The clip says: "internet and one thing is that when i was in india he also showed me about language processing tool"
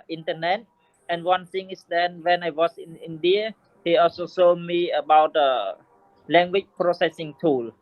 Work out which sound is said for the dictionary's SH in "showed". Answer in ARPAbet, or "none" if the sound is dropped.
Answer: S